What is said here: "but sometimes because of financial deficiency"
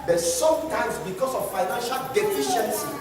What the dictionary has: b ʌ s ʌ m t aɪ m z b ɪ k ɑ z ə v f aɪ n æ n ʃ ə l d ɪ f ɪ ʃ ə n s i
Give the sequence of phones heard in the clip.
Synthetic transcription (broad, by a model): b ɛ s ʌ m t aɪ m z b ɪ k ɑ s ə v f aɪ n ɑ n ʃ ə l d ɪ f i ʃ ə n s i